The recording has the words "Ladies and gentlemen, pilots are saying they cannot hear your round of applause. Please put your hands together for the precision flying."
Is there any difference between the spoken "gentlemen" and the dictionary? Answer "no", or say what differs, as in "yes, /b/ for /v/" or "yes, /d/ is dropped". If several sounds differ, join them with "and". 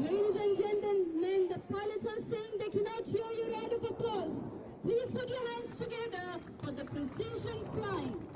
yes, /n/ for /l/